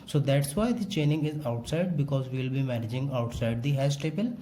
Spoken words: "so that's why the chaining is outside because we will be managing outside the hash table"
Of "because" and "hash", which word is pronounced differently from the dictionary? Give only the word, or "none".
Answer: hash